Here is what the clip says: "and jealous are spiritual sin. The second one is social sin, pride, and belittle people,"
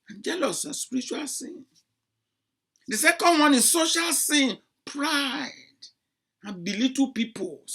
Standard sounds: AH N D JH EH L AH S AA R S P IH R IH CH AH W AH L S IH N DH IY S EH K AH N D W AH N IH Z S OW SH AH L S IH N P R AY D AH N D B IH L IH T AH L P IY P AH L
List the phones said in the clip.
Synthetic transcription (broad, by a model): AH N JH EH L AH S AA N S P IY R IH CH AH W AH L S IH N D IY S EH K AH N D W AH N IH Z S OW SH AH L S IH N P R AY D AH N B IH L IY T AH P IY P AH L